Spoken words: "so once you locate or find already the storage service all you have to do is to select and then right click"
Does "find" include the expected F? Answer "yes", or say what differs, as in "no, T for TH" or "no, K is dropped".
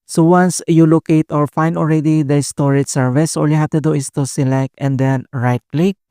yes